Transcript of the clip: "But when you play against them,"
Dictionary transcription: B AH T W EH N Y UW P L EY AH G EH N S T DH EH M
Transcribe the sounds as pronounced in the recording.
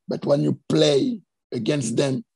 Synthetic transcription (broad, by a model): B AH T W EH N Y UW P L EY AH G EH N S T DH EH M